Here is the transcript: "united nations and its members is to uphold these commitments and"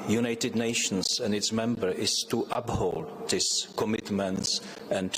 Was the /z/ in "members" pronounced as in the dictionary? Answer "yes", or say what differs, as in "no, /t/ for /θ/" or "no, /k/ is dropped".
no, /z/ is dropped